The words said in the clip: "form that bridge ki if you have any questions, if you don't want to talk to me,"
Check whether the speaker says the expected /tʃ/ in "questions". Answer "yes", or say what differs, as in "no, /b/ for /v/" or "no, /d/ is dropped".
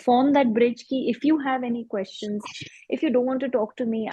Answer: yes